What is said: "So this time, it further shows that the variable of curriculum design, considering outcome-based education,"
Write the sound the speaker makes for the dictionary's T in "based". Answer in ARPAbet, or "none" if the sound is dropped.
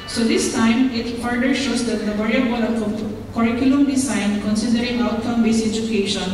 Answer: none